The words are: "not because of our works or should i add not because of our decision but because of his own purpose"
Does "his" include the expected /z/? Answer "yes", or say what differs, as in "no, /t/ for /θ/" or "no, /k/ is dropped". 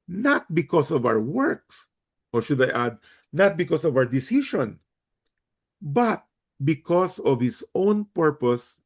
no, /s/ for /z/